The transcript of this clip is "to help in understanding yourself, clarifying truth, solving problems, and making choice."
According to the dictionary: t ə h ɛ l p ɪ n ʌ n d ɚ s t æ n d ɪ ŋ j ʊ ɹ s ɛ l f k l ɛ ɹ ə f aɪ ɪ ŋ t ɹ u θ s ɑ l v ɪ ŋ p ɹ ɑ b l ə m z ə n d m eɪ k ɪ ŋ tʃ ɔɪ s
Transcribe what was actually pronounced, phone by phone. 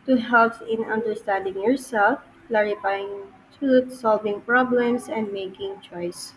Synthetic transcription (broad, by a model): t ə h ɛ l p ɪ n ʌ n d ɚ s t æ n d ɪ ŋ j ʊ ɹ s ɛ l f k l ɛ ɹ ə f aɪ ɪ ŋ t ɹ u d s ɑ l v ɪ ŋ p ɹ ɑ b l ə m s ə n d m eɪ k ɪ ŋ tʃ ɔɪ s